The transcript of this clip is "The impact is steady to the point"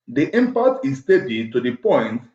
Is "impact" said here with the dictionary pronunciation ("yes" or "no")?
no